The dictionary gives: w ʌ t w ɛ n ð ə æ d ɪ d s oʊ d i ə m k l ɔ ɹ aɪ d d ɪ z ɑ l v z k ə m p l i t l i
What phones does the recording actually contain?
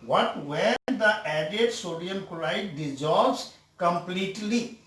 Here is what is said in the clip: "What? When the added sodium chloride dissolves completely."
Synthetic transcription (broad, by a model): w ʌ t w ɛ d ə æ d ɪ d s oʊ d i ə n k ɔ l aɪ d d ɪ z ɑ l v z k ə m p l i t l i